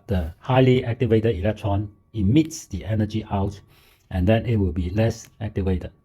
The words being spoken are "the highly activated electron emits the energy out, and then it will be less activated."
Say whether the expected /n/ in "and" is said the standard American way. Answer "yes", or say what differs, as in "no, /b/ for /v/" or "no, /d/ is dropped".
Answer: yes